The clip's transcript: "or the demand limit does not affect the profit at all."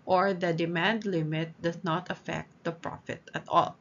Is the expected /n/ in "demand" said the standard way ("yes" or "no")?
yes